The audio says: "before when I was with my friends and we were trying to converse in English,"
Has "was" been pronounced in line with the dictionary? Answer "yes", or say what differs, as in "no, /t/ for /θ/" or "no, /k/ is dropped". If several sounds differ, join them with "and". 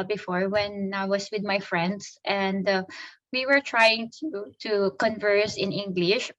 no, /s/ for /z/